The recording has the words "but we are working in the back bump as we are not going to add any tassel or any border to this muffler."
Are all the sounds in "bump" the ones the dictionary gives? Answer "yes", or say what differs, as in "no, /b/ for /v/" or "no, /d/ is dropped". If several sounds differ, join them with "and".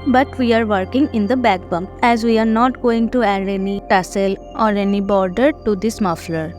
no, /p/ is dropped